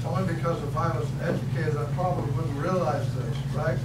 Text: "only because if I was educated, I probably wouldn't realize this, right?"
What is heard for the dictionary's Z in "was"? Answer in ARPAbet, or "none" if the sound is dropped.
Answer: S